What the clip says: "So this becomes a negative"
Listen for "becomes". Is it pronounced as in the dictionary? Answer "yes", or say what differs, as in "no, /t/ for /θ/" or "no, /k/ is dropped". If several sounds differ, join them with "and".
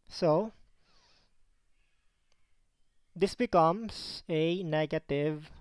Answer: no, /s/ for /z/